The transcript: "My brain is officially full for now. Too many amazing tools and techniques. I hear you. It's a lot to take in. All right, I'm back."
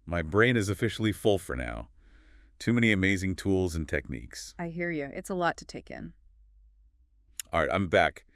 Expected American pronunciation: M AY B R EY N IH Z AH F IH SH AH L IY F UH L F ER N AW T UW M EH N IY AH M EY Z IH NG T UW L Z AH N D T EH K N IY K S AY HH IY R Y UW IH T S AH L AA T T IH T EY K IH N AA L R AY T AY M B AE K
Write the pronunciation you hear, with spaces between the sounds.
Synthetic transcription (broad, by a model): M AY B R EY N IH Z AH F IH SH L IY F UH L F ER N AW T UW M EH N IY AH M EY Z IH NG T UW L Z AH N T EH K N IY K S AY HH IY R Y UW IH T S AH L AA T T IH T EY K IH N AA R AY T AY M B AE K